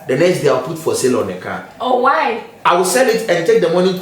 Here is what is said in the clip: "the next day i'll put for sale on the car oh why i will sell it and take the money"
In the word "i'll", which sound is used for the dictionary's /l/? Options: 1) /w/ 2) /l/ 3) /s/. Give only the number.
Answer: 1